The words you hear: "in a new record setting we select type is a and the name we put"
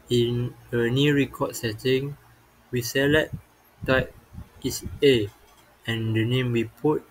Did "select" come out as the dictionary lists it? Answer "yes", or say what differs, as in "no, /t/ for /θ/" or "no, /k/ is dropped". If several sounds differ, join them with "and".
no, /k/ is dropped